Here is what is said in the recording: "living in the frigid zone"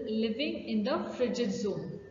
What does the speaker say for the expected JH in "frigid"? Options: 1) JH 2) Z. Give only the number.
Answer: 1